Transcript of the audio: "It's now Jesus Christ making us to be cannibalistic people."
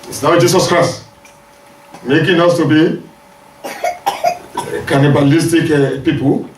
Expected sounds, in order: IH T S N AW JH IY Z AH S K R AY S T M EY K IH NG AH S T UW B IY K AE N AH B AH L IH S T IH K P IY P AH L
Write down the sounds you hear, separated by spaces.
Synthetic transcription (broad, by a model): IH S N AW JH IY S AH S K R AY S T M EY K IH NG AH S T UW B IY K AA N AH B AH L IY S T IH K P IY P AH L